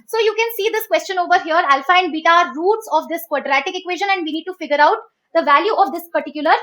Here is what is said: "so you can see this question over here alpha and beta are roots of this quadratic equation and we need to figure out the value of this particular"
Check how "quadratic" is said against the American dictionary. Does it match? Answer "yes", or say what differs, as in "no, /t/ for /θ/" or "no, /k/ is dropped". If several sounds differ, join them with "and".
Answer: yes